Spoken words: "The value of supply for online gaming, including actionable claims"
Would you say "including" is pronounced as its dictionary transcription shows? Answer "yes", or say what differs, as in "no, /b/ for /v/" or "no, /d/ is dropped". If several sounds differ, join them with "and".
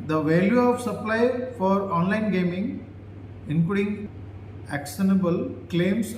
no, /l/ is dropped